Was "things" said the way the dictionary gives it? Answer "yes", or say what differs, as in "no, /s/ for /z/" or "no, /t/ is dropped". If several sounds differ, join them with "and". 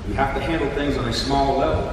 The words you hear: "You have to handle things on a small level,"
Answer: yes